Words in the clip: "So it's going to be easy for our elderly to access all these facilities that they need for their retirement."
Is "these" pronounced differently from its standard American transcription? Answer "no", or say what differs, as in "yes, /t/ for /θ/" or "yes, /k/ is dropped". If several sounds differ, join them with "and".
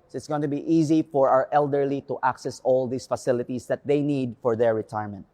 yes, /s/ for /z/